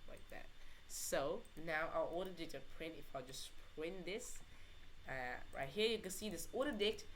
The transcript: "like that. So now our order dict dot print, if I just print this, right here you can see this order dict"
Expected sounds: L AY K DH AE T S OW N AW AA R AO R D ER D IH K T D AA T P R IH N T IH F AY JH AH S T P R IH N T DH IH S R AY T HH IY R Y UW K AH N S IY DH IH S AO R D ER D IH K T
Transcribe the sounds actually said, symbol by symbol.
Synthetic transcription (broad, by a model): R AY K DH AE T S OW N AW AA L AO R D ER D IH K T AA P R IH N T IH F AY JH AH S P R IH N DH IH S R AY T HH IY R Y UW K AH N S IY DH IH S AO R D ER D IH K T